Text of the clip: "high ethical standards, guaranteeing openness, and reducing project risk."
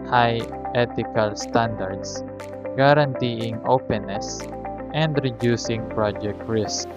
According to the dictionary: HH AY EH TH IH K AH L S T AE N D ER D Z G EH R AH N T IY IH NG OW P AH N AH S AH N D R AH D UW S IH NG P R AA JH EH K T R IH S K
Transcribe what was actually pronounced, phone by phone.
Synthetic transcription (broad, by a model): HH AY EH T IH K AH L S T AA N D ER D S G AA R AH N T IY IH NG OW P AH N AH S AH N D R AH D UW S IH NG P R AA JH EH K T R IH S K